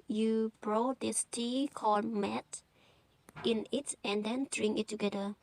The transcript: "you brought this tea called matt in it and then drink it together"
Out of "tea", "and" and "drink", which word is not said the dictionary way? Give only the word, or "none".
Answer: drink